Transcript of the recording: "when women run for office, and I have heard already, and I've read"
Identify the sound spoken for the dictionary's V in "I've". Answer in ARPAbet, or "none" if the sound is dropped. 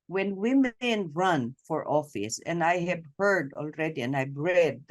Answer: B